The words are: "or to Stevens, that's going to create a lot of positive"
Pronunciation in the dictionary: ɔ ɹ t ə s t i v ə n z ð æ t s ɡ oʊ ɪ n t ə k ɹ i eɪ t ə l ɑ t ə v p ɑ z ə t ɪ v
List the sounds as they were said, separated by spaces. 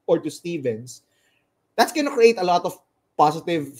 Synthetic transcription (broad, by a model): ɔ ɹ t ə s t i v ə n s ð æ t s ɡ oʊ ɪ n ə k ɹ i eɪ t ə l ɑ t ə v p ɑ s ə t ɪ v